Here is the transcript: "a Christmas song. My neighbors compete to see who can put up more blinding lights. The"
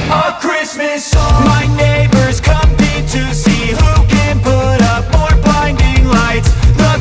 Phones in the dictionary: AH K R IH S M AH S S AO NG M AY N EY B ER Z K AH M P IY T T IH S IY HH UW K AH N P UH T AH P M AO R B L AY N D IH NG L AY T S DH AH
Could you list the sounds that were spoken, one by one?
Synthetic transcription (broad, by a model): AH K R IH S M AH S S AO M AY N EY B ER Z K AH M IH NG T IH S IY HH UW K AH N P UH T AH P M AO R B AY N D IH NG L AY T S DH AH